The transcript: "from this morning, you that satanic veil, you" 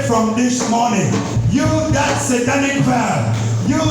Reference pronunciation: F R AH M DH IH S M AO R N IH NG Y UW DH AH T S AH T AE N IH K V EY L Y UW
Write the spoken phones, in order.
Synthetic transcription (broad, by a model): F R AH M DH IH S M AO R N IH NG Y UW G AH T S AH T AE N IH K P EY N Y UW